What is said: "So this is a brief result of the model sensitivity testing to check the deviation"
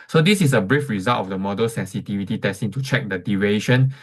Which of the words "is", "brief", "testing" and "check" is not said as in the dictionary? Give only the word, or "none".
is